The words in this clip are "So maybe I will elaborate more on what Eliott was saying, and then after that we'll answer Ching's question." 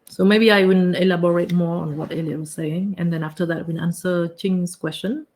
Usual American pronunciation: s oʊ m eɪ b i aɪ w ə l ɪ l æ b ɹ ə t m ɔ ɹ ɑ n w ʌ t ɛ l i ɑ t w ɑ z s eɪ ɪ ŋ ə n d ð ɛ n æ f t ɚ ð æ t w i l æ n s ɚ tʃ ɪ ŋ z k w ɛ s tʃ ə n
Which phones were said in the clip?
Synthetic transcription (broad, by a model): s oʊ m eɪ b i aɪ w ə n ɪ l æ b ɹ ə t m ɔ ɑ n w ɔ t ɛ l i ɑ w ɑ s eɪ ɪ ŋ ə n d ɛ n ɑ f t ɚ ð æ t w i n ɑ n s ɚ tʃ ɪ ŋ s k w ɛ s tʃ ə n